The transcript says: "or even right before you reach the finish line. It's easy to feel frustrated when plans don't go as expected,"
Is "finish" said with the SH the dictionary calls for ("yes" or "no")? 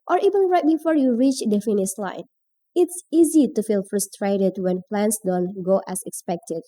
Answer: no